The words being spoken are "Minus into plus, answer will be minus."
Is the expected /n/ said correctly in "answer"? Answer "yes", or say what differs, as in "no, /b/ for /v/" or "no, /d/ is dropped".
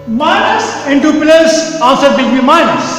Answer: no, /n/ is dropped